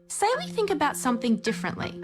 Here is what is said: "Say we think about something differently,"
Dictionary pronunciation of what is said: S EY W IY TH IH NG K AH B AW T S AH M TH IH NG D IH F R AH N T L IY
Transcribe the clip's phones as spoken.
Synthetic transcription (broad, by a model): S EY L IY TH IH NG K AH B AW T S AH M TH IH NG D IH F R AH N T L IY